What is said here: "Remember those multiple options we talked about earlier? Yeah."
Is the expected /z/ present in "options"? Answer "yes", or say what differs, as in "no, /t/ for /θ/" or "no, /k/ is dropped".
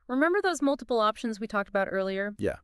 yes